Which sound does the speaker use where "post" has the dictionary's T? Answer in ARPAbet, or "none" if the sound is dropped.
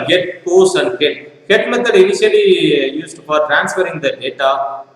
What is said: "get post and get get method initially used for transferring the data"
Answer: none